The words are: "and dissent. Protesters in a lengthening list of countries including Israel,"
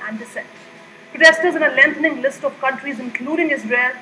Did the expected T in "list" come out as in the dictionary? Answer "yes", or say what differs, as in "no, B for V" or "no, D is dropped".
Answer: yes